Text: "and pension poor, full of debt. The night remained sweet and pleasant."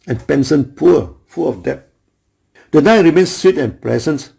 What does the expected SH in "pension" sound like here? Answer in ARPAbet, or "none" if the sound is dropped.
S